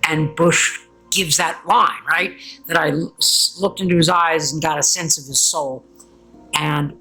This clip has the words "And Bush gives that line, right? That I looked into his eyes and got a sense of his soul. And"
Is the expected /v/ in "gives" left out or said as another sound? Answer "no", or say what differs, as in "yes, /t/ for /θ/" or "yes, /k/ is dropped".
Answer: no